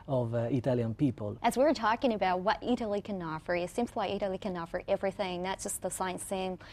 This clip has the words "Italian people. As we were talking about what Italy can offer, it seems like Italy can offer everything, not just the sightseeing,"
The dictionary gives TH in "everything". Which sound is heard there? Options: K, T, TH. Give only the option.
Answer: TH